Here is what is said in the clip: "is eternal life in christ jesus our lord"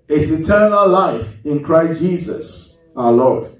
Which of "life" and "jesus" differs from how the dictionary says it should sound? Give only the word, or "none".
none